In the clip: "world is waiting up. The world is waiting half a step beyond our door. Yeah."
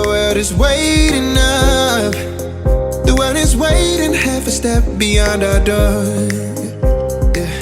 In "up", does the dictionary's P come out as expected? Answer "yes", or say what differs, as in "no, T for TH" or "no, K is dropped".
no, F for P